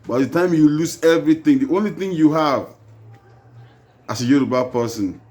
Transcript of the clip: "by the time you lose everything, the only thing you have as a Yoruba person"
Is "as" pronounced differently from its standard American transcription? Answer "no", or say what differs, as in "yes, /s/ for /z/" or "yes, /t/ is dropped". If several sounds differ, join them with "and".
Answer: yes, /s/ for /z/